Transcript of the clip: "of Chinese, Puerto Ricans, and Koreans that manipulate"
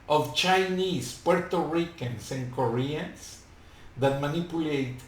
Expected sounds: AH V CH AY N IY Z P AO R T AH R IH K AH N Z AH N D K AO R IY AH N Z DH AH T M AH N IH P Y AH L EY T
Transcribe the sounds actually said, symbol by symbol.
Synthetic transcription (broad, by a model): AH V CH AY N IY S P AO R T AH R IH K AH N S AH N K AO R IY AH N S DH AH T M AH N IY P Y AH L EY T